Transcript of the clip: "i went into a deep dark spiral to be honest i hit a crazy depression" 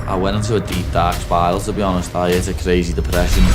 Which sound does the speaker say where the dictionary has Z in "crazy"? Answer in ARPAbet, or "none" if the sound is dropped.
Z